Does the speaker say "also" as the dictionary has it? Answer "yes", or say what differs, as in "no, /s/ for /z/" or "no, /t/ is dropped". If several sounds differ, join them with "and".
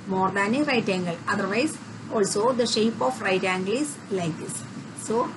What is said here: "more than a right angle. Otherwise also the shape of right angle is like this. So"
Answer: yes